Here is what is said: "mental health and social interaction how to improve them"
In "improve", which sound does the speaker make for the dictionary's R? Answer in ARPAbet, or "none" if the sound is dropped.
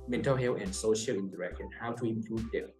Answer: L